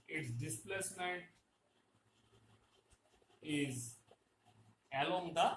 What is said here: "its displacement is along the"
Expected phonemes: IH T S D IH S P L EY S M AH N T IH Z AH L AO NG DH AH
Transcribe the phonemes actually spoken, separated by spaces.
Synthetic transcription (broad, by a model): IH T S D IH S P L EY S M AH T IH Z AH L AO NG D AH